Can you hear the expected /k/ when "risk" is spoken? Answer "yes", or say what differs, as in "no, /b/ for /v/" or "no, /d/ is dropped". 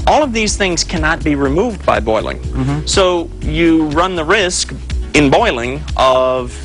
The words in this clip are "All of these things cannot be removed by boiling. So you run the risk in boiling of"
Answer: yes